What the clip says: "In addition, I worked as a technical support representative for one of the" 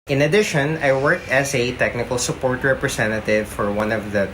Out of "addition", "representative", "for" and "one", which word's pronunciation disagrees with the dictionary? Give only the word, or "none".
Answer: representative